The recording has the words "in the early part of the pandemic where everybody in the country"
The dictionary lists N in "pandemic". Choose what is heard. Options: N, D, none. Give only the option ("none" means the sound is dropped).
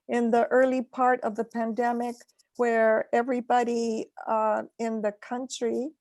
N